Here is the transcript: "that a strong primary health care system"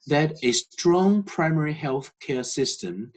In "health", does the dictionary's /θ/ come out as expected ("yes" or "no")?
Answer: yes